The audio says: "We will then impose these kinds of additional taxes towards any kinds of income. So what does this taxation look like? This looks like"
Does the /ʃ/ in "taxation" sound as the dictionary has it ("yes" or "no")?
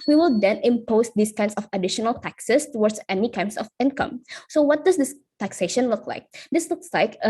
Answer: yes